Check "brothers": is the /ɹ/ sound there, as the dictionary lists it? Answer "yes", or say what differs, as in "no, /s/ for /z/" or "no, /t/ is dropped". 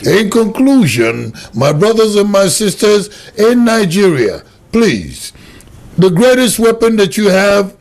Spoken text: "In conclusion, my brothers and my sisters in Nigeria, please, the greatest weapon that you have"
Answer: yes